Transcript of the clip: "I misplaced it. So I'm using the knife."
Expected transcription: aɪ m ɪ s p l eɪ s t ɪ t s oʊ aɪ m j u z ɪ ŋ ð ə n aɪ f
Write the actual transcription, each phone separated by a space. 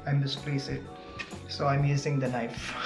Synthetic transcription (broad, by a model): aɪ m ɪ s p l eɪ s ɪ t s oʊ aɪ m j u z ɪ ŋ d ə n aɪ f